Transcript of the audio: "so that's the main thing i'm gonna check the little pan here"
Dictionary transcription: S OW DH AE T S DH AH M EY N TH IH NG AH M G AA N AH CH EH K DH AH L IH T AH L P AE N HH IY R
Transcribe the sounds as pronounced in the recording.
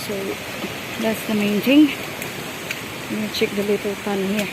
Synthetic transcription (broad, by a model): S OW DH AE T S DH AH M EY N T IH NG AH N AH CH EH K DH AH L IH T AH L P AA N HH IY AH